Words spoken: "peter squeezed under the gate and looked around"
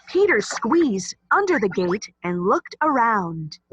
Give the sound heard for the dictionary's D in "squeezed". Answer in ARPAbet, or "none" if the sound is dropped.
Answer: D